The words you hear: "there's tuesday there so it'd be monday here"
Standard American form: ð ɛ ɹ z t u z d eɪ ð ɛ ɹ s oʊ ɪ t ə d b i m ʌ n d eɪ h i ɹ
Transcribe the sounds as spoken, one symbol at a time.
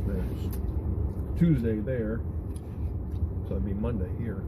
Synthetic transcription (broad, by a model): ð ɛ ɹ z t u z d eɪ ð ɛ ɹ s oʊ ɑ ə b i m ʌ n d eɪ h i ɹ